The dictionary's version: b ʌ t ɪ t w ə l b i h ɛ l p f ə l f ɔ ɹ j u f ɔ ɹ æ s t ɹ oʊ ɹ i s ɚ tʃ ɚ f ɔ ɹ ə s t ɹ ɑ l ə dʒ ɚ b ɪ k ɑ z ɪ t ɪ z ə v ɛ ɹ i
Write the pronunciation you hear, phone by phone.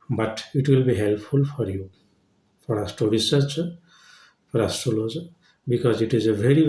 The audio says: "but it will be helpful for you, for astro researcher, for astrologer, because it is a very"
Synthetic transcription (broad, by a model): b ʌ t ɪ t w ə l b i h ɛ l p f ə l f ɔ ɹ j u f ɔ ɹ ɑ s t oʊ ɹ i s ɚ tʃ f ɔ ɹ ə s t ɑ l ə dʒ b ɪ k ɑ z ɪ t ɪ z ə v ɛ ɹ i